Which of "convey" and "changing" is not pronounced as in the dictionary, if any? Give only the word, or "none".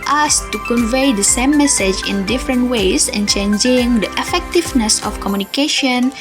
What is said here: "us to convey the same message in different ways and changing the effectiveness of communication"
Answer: none